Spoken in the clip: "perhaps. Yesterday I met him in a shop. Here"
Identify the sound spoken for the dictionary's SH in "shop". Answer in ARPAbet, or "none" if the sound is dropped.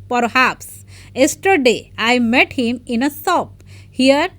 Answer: S